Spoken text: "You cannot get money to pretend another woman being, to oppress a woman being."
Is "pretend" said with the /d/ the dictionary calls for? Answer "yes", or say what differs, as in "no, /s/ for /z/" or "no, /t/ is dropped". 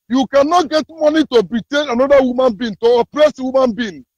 no, /d/ is dropped